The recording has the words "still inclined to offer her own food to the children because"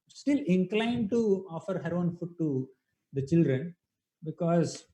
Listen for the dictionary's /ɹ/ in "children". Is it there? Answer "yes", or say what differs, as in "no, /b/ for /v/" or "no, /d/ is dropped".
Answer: yes